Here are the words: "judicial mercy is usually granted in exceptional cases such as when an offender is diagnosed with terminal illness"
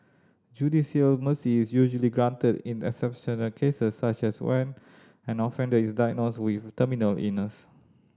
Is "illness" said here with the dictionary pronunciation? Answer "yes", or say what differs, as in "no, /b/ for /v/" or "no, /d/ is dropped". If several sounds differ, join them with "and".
no, /l/ is dropped